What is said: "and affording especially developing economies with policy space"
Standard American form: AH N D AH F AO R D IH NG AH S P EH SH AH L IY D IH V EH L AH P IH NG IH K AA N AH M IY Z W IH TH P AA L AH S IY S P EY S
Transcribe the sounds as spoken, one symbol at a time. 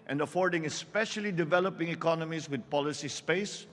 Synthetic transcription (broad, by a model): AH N D AH F AO R D IH NG AH S P EH SH AH L IY D IH V EH L AH P IH NG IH K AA N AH M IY S W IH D P AA L AH S IY S P EY S